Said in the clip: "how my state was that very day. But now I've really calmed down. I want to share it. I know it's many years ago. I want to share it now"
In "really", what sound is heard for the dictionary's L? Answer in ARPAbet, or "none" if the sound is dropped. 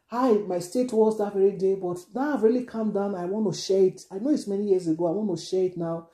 L